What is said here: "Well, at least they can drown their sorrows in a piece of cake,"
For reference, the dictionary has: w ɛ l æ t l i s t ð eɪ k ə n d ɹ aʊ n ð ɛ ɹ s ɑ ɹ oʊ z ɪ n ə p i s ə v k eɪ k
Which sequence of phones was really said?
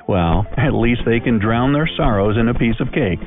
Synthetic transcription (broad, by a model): w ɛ l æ t l i s t ð eɪ k ə n d ɹ aʊ n ð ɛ ɹ s ɑ ɹ oʊ z ɪ n ə p i s ə v k eɪ k